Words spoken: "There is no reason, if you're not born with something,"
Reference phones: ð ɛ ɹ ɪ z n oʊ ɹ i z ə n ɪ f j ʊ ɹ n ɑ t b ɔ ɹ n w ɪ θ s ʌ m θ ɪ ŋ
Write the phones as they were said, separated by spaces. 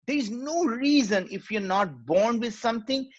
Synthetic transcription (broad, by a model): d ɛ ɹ ɪ z n oʊ ɹ i z ə n ɪ f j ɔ ɹ n ɑ t b ɔ ɹ n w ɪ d s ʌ m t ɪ ŋ